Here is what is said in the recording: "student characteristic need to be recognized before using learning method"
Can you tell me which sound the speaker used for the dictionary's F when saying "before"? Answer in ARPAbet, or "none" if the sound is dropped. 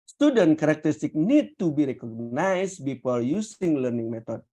P